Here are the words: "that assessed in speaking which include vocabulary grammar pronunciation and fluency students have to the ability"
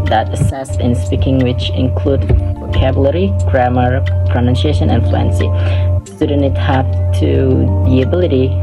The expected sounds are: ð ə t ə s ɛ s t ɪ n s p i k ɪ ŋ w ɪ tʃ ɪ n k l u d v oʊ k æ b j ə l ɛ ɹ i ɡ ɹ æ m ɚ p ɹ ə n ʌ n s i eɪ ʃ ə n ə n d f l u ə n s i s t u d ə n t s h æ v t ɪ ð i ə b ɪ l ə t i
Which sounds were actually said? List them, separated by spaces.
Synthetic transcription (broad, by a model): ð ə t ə s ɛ s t ɪ n s p i k ɪ ŋ w ɪ tʃ ɪ n k l u d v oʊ k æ b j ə l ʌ ɹ i ɡ ɹ æ m ɚ p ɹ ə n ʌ n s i eɪ ʃ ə n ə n f l u ə n s i s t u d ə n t h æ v t ɪ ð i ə b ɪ l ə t i